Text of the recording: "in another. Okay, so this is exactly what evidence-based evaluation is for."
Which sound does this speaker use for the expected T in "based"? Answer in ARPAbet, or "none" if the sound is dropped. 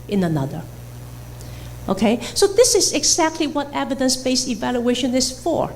none